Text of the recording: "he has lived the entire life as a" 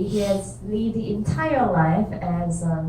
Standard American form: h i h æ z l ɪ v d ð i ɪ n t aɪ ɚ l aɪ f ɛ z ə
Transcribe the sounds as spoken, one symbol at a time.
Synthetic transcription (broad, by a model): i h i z l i d ð i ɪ n t aɪ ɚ l aɪ f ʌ z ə